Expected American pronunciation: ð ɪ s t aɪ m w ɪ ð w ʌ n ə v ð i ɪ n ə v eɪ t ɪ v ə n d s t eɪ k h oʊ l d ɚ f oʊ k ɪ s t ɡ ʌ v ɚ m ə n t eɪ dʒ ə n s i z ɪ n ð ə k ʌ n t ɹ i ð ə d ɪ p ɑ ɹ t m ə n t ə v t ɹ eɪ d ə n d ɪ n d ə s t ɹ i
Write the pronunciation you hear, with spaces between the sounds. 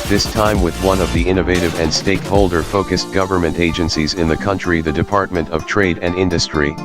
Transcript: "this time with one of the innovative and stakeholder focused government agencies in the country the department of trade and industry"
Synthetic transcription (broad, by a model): ð ɪ s t aɪ m w ɪ ð w ʌ n ə v ð i ɪ n ə v eɪ t ɪ v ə n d s t eɪ k h oʊ l d ɚ f oʊ k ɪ s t ɡ ʌ v ɚ m ə n t eɪ dʒ ə n s i z ɪ n ð ə k ʌ n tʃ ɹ i ð ə d ɪ p ɑ ɹ t m ə n t ə v t ɹ eɪ d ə n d ɪ n d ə s t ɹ i